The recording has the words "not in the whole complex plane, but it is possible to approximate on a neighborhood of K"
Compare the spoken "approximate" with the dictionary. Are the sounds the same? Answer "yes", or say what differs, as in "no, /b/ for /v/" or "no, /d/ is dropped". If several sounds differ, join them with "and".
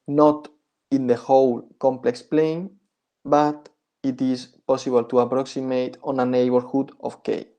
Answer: yes